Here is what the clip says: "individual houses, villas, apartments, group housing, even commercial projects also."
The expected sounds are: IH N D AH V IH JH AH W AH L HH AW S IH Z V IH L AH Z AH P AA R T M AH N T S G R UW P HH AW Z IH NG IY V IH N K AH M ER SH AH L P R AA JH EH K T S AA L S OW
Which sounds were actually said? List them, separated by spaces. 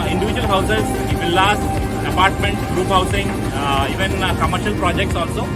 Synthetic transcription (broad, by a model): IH N D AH V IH JH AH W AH L HH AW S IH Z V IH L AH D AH P AA R T M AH N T G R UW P HH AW S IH NG IY V IH N K AH M ER SH AH L P R AA JH EH K T S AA L S OW